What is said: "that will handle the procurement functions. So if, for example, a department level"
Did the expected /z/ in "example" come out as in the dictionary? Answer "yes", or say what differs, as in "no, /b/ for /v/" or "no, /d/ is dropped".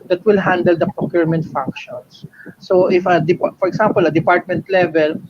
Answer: no, /s/ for /z/